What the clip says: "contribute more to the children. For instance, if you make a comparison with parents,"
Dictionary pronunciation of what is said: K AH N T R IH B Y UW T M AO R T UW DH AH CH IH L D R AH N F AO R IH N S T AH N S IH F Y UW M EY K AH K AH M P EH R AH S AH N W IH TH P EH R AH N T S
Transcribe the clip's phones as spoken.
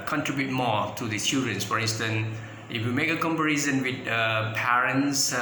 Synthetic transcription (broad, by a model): K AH N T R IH B Y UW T M AO T UW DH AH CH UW D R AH N F AO R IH N S T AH N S IH F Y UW M EY K AH K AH M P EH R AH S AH N W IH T P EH R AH N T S